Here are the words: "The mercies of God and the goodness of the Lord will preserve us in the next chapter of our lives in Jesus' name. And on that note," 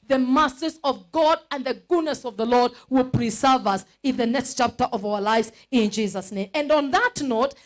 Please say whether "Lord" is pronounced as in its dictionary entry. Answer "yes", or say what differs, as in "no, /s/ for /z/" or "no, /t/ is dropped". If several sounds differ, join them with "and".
yes